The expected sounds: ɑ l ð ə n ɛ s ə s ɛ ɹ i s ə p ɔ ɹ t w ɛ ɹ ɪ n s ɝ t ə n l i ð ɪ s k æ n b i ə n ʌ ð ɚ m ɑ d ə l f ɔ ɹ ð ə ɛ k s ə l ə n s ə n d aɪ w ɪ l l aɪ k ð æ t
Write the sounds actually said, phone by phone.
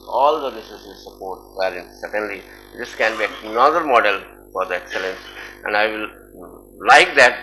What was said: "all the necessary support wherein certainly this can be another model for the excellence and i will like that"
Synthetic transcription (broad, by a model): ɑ l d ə l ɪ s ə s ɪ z s ə p ɔ ɹ t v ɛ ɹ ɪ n s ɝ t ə n l i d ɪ s k æ n b i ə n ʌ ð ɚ m ɑ d ə l f ɔ ɹ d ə ɛ k s ə l ə n s ə n d aɪ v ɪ l l aɪ k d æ t